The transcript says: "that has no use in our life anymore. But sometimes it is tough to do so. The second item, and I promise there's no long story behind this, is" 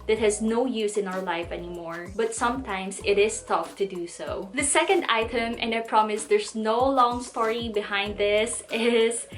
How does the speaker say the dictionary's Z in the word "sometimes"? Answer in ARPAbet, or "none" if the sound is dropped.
S